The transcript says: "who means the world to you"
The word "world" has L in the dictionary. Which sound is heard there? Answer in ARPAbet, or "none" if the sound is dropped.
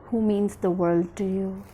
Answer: L